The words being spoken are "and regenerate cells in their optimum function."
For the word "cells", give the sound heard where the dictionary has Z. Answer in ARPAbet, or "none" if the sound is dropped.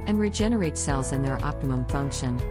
Z